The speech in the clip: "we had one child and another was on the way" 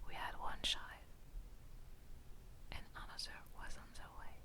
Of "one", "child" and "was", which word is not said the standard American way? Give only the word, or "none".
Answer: child